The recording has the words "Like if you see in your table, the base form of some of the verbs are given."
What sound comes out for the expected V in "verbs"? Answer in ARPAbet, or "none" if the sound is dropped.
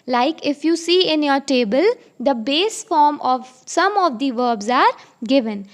V